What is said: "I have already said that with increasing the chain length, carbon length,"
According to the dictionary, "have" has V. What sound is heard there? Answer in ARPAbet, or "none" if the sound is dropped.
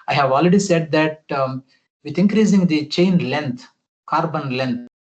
V